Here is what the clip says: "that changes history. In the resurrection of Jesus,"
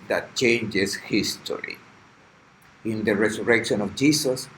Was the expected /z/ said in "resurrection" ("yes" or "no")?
no